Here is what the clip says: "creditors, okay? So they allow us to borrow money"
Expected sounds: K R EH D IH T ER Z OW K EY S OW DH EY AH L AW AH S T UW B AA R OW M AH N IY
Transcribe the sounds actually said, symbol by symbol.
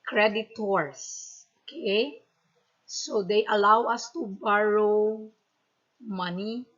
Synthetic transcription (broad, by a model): K R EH D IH T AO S OW K EY S OW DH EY AH L AW AH S T UW B AA R OW M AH N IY